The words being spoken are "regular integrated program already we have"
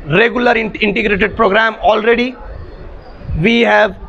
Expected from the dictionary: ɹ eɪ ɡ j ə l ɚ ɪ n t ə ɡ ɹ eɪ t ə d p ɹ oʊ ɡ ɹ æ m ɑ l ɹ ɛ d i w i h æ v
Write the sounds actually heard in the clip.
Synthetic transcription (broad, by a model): ɹ eɪ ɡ j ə l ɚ ɪ n t ə ɡ ɹ eɪ t ə d p ɹ oʊ ɡ ɹ æ m ɑ l ɹ ɛ d i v i h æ v